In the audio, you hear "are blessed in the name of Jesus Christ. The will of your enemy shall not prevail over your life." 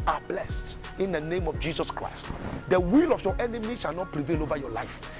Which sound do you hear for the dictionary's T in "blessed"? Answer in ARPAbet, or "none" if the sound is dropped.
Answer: T